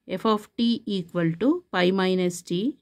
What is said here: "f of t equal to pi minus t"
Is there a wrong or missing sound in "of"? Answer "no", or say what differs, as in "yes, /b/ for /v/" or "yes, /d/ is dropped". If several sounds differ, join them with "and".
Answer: yes, /p/ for /v/